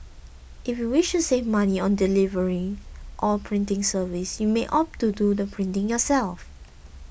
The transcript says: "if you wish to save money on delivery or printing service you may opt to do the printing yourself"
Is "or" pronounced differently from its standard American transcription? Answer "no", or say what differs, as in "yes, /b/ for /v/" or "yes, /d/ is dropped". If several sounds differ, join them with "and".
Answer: yes, /l/ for /ɹ/